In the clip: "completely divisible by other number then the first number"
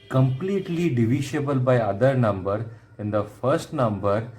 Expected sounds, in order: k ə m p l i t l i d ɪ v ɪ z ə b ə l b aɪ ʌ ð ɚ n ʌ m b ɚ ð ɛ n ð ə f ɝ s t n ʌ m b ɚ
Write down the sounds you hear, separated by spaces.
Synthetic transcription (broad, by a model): k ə m p l i t l i d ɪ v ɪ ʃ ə b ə l b aɪ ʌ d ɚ n ʌ m b ɚ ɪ n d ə f ɝ s t n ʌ m b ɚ